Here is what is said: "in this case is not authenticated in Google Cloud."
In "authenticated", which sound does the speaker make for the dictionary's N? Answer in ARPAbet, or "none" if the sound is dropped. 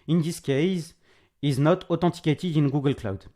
none